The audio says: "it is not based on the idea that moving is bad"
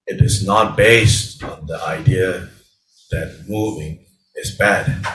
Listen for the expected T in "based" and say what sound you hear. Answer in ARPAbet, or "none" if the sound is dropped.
T